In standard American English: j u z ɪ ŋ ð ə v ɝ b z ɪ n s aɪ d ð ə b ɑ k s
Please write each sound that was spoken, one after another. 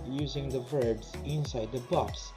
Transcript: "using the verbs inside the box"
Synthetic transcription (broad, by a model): j u z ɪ ŋ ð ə v ɝ b z ɪ n s aɪ d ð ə b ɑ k s